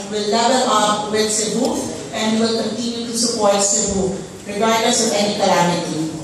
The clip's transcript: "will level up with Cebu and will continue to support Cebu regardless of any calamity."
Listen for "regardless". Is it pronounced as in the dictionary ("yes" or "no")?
no